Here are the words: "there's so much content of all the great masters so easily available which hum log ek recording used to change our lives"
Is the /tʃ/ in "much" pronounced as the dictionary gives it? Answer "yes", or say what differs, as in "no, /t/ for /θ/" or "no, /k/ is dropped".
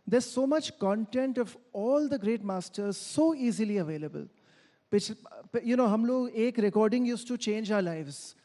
yes